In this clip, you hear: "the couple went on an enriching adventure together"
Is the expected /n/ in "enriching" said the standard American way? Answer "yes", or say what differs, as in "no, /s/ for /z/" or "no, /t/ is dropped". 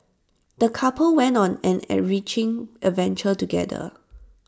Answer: no, /n/ is dropped